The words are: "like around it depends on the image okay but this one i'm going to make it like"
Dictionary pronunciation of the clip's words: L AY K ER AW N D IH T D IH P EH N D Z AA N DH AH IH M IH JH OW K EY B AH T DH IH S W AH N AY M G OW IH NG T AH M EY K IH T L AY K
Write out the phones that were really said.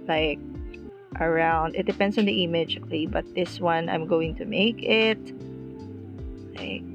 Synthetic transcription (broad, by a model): L AY K ER AW N D IH T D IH P EH N D S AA N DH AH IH M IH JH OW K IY B AH T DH IH S W AH N AY M G OW IH NG T AH M EY K IH T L AY K